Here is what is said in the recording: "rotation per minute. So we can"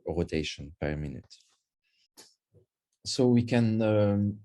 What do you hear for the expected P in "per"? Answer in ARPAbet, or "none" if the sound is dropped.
P